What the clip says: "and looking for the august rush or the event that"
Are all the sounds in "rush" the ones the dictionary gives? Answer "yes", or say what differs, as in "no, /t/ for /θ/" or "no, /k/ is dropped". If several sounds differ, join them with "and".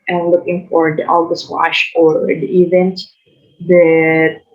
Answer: no, /w/ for /ɹ/